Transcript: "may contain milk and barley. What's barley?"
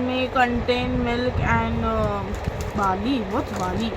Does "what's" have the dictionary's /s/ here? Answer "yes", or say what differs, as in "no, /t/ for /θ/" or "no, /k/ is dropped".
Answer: no, /s/ is dropped